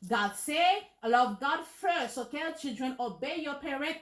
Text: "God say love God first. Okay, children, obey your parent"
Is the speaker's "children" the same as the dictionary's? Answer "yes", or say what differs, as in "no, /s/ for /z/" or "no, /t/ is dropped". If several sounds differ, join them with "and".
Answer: yes